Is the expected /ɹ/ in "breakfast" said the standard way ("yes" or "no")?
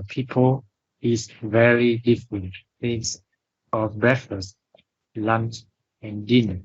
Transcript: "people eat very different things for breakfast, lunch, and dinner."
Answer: no